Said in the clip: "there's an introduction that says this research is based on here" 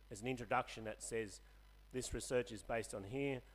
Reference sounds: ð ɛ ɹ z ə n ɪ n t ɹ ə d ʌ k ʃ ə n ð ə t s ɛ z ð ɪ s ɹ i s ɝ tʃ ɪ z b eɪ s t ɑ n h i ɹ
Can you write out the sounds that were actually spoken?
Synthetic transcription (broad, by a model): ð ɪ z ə n ɪ n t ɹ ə d ʌ k ʃ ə n ð ə t s ɛ z ð ɪ s ɹ i s ɝ tʃ ɪ z b eɪ s t n h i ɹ